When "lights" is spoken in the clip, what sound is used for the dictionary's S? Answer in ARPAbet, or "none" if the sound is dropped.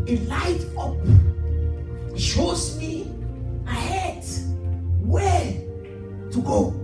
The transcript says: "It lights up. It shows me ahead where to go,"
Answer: none